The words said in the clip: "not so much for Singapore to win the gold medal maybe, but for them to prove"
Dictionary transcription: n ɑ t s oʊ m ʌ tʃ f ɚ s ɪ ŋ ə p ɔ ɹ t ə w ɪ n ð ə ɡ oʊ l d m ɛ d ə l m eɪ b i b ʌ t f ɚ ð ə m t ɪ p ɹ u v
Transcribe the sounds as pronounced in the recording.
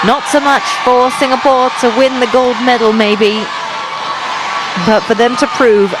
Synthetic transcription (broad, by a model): n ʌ t s oʊ m ʌ tʃ f ɚ s ɪ ŋ ə p ɔ ɹ t ə w ɪ n ð ə ɡ oʊ l d m ɛ d l m eɪ b i b ʌ t f ɚ ð ə m t ɪ p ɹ u v